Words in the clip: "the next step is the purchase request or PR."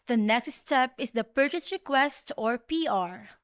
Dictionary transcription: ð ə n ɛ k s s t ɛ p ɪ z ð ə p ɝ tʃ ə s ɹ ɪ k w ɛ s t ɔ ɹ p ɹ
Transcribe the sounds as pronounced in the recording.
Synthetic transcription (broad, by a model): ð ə n ɛ k s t t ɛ p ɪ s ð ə p ɝ tʃ ə s ɹ ɪ k w ɛ s t ɔ ɹ p ɹ